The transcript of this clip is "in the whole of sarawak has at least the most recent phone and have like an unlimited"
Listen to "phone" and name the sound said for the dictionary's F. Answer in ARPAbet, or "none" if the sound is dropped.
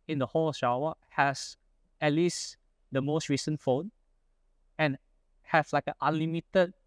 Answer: F